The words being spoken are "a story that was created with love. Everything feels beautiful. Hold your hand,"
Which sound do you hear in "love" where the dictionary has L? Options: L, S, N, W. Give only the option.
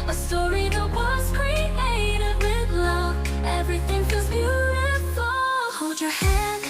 L